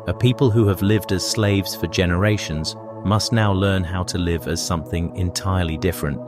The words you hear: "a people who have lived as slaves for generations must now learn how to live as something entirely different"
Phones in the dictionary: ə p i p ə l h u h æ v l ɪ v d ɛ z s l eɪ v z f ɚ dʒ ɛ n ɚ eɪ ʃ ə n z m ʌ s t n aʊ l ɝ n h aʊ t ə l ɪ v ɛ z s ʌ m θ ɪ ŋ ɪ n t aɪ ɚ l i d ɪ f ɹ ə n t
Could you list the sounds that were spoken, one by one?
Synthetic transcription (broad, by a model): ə p i p ə l h u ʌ v l ɪ v d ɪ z s l eɪ v z f ɚ dʒ ɛ n ɚ eɪ ʃ ə n z m ʌ s t n aʊ l ɝ n h aʊ t ə l ɪ v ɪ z s ʌ m θ ɪ ŋ ɪ n t aɪ ɚ l i d ɪ f ɹ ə n t